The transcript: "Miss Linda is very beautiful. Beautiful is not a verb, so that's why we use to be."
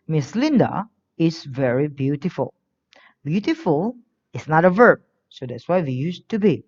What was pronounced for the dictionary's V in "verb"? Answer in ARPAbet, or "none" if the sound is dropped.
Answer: V